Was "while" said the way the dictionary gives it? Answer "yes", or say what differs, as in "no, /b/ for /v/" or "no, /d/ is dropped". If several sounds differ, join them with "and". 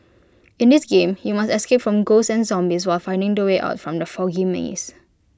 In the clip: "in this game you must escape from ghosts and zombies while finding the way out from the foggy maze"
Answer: yes